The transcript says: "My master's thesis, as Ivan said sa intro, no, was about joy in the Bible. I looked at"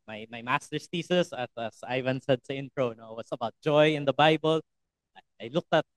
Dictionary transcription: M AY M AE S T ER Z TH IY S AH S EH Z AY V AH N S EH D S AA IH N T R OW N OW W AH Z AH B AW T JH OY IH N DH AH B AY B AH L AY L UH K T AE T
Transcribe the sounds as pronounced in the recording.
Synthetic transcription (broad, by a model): M AY M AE S T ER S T IY S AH S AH S AY V AH N S EH D S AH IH N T R OW N OW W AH S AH B AW T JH OY IH N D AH B AY B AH L AY L UH K T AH T